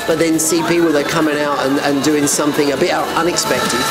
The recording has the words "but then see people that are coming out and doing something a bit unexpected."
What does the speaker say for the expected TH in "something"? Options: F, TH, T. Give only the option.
TH